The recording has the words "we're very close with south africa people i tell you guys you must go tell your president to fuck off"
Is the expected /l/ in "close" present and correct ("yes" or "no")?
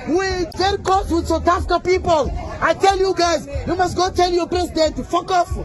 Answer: no